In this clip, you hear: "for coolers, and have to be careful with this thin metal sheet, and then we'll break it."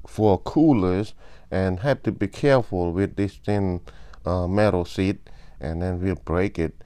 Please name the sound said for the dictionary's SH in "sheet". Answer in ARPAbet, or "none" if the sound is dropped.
S